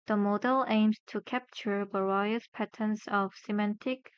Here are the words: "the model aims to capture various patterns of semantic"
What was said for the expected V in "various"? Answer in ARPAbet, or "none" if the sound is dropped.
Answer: B